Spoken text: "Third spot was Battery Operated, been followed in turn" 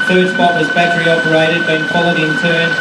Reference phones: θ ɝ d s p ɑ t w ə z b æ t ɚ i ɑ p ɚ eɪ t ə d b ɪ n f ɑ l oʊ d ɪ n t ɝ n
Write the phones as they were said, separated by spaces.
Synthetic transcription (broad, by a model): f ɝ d s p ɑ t w ə z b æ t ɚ i ɑ p ɚ eɪ t ə d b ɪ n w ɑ l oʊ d ɪ n t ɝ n